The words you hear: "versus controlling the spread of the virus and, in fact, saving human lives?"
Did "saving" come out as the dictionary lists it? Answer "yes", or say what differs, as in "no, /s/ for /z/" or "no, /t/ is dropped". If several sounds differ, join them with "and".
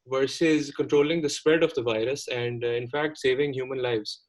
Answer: yes